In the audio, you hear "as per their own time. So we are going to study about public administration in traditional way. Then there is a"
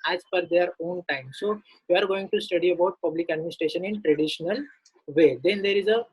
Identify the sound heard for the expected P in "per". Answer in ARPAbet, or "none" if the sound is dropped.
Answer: F